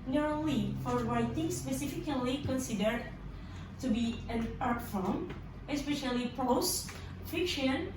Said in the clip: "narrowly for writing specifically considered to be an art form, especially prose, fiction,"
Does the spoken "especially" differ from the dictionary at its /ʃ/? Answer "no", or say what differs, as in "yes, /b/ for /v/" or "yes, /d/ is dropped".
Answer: no